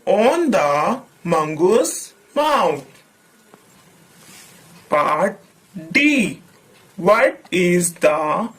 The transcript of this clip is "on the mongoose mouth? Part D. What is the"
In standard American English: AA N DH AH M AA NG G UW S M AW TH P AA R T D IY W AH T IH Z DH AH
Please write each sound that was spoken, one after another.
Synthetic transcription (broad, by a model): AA N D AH M AA NG G UW S M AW T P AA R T D IY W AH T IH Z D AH